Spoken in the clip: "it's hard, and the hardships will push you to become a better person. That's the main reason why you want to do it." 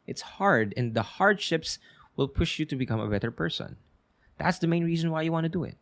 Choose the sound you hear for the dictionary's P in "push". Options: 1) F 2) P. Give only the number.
2